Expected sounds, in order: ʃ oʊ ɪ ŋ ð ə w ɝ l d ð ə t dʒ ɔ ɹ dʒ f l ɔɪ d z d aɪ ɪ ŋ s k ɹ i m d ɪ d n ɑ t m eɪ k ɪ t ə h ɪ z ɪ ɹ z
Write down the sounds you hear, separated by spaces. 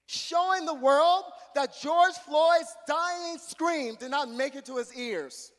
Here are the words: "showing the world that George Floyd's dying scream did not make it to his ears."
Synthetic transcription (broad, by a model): ʃ oʊ ɪ ŋ ð ə w ɝ l d ð ə t dʒ ɔ ɹ dʒ f l ɔɪ d z d aɪ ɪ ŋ s k ɹ i m d ɪ d n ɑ t m eɪ k ɪ t ə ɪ z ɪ ɹ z